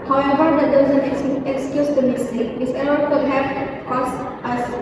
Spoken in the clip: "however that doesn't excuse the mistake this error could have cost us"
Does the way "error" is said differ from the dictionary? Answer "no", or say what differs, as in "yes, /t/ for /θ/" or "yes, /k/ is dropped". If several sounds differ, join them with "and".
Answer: yes, /l/ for /ɹ/